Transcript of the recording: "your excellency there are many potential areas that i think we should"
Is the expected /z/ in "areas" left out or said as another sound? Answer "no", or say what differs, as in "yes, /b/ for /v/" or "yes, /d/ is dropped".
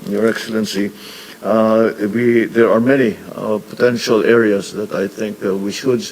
yes, /s/ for /z/